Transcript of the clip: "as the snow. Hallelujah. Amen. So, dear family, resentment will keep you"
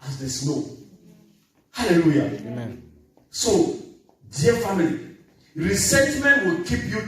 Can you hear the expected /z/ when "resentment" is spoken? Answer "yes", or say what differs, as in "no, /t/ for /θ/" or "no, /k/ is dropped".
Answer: no, /s/ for /z/